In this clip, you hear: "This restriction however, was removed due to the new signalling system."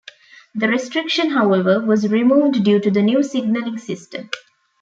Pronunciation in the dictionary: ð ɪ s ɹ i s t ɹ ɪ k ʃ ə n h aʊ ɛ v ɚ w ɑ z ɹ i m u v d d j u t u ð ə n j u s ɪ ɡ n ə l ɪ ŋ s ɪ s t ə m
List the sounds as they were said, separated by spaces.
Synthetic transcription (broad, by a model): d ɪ ɹ i s t ɹ ɪ k ʃ ə n h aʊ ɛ v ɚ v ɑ z ɹ i m u v d d j u t u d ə n j u s ɪ ɡ n ə l ɪ ŋ s ɪ s t ə m